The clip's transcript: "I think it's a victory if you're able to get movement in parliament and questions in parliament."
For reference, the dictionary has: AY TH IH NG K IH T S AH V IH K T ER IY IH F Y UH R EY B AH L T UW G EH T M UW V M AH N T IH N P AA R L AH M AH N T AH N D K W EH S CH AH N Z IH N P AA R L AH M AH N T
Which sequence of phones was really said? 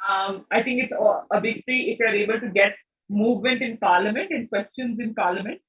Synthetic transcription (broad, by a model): AY T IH NG K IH T S AH B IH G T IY IH F Y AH R EY B AH L T UW G EH T M UW V M AH N T IH N P AA R L AH M AH N T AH N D K W EH S CH AH N Z IH N P AA R L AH M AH N T